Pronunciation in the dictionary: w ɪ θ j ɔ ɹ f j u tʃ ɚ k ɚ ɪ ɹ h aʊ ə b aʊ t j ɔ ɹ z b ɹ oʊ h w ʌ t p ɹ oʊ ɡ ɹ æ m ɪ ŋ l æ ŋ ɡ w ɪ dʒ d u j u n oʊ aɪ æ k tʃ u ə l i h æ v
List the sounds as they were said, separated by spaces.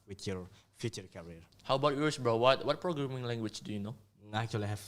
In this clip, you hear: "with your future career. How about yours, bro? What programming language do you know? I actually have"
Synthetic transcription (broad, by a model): w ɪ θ j ɔ ɹ f j u tʃ ɚ k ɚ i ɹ h aʊ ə b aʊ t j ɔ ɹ s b w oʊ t w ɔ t p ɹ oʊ ɡ ɹ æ m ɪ ŋ l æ ŋ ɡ w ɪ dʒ d u j u n oʊ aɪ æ k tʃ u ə l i h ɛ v